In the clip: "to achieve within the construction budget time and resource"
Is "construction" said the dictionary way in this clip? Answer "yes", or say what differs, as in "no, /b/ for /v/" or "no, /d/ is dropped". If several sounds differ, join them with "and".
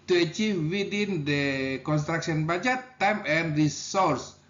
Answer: no, /s/ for /ʃ/